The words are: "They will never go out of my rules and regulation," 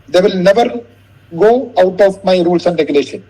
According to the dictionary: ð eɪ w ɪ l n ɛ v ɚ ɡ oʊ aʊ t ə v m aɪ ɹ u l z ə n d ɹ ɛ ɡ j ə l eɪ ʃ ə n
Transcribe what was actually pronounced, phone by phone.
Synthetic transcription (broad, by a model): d eɪ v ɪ l n ɛ v ɚ ɡ oʊ aʊ t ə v m aɪ ɹ u l s ə n d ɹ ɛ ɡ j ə l eɪ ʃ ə n